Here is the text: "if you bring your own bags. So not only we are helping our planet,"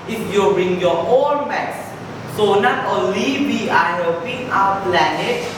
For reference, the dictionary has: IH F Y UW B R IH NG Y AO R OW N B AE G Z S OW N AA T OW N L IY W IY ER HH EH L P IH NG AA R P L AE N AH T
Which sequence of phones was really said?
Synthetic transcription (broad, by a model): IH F Y UW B R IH NG Y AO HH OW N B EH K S S OW N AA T OW N L IY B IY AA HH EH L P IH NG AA W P L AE N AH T